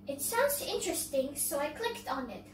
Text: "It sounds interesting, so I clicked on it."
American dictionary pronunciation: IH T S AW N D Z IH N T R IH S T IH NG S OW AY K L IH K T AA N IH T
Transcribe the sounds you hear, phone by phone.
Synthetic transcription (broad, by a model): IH T S AW N D Z IH N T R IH S T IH NG S OW AY K L IH K T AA N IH T